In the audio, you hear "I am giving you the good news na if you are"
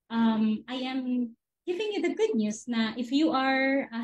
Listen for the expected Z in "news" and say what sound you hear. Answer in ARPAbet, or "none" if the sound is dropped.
S